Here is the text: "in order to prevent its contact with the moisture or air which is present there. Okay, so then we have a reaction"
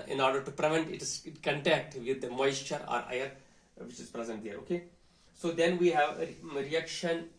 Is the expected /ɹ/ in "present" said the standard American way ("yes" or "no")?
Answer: yes